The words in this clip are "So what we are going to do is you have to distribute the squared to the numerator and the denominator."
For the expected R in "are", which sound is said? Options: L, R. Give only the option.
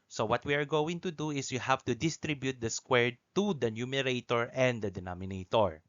R